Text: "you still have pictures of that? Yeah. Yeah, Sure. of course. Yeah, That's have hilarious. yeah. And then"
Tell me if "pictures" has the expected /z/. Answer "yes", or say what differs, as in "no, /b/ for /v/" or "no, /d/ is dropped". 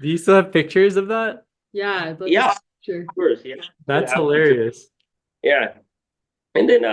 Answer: yes